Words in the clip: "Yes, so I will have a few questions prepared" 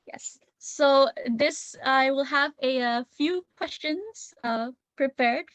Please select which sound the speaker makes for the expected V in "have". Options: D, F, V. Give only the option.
V